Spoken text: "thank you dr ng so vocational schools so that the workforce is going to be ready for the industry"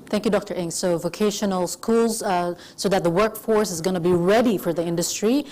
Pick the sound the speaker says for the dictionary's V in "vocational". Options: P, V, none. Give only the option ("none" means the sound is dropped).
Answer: V